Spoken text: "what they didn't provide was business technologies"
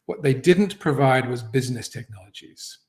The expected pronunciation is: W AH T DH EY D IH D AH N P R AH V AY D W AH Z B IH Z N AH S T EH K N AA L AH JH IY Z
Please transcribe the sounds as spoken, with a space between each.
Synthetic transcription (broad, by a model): W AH T DH EY D IH D N P R AH V AY D W AH Z B IH Z N AH S T EH K N AA L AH JH IY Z